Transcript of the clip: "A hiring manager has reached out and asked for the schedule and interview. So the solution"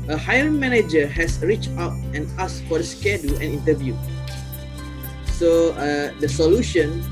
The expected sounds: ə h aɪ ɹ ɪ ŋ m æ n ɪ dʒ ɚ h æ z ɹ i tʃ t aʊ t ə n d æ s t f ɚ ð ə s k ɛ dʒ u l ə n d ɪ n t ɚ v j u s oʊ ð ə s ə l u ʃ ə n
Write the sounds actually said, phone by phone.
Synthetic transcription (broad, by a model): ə h aɪ ɪ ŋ m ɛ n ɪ dʒ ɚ h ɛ s ɹ i tʃ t aʊ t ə n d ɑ s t f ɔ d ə s k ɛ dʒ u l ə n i n t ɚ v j u s oʊ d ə s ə l u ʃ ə n